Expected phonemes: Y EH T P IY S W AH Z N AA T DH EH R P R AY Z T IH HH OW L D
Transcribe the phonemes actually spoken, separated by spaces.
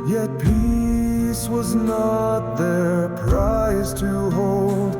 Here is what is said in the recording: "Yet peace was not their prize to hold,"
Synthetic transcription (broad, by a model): Y EH T P IY S W AH Z N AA T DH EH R P R AY Z T IH HH OW L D